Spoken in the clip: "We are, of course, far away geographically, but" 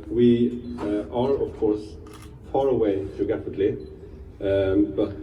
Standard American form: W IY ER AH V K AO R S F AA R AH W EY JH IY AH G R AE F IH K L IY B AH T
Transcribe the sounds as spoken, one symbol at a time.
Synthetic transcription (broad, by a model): W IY ER AH V K AO R S F AA R AH W EY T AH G AE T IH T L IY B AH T